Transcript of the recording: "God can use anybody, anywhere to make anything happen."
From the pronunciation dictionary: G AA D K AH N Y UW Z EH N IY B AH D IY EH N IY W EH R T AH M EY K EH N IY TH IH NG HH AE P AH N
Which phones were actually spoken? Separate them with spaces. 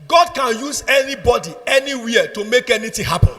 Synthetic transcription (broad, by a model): G AA D K AH N Y UW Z EH N IY B AH D IY EH N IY W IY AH T AH M EY K EH N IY T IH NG HH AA P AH N